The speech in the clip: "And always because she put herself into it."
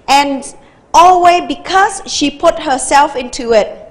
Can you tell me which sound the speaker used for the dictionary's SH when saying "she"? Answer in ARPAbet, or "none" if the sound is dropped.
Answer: SH